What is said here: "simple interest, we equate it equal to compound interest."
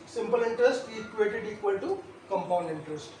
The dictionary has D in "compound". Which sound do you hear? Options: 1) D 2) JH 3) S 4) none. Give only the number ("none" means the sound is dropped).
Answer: 1